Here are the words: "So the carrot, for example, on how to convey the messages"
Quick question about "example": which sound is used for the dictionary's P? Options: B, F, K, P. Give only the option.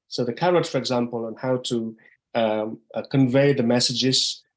P